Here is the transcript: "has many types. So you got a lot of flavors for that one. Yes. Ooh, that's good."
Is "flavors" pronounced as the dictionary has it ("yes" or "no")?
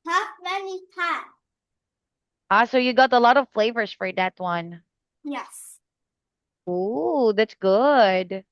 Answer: yes